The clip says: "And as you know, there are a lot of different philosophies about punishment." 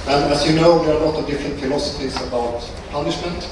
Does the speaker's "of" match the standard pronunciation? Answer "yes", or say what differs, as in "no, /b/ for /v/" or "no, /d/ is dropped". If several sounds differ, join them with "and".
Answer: yes